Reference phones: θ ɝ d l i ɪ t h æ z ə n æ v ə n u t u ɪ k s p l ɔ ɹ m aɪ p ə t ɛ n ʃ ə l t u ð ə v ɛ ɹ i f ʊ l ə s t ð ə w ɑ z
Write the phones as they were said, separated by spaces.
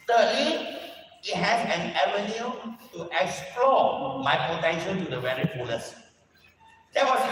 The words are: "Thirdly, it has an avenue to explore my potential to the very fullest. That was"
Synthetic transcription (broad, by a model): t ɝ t l i ɪ t h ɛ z ə n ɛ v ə n u t u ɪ k s p l ɔ m aɪ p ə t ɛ n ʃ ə n t u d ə v ɛ ɹ i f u n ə s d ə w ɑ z